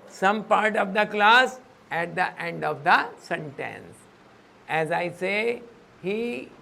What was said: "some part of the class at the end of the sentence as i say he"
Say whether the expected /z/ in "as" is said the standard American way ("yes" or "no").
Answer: yes